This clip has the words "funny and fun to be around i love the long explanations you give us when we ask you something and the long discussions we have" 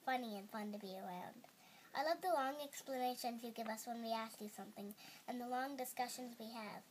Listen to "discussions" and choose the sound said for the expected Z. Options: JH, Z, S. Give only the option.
Z